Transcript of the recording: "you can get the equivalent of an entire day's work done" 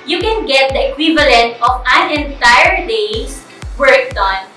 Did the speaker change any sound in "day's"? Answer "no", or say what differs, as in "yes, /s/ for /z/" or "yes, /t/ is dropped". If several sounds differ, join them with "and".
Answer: yes, /s/ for /z/